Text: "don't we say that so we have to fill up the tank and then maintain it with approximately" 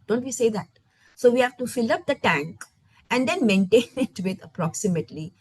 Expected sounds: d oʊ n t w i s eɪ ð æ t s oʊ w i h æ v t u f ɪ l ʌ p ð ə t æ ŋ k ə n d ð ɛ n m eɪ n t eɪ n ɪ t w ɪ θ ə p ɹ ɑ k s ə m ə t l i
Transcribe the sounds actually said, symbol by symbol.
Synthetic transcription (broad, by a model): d oʊ n t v i s eɪ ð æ t s oʊ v i h æ v t u f ɪ l ʌ p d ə t æ ŋ k ə n d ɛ n m eɪ n t eɪ n ɪ t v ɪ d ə p ɹ ɑ k s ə m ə t l i